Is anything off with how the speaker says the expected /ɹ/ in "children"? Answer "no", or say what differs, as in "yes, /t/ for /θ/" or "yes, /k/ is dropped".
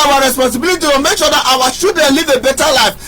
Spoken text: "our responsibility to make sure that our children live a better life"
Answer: yes, /ɹ/ is dropped